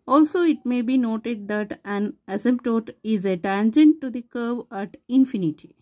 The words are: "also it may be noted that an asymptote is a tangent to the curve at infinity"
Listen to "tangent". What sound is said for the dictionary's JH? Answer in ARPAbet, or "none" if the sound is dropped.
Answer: JH